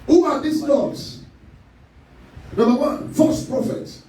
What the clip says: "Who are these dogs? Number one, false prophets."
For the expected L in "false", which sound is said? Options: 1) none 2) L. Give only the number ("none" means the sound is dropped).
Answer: 1